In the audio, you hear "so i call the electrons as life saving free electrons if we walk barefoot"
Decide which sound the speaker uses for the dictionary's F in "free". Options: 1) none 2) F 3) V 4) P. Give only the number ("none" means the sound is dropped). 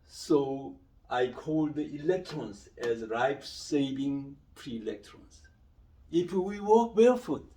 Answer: 4